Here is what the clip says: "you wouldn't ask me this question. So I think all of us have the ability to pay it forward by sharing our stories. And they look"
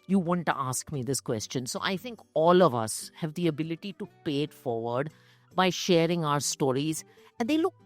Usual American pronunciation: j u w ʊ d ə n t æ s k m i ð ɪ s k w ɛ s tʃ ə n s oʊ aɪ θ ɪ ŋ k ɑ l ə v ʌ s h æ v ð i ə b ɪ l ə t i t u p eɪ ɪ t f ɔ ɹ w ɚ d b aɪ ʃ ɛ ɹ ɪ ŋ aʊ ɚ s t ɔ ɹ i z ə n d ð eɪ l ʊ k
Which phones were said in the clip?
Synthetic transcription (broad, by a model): j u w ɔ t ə t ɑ s k m i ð ɪ s k w ɛ s tʃ ə n s oʊ aɪ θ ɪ ŋ k ɑ l ə v ʌ s h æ v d i ə b ɪ l ə t i t u p eɪ ɪ t f ɔ ɹ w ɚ d b aɪ ʃ ɛ ɹ ɪ ŋ aʊ ɚ s t ɔ ɹ i z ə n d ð eɪ l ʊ k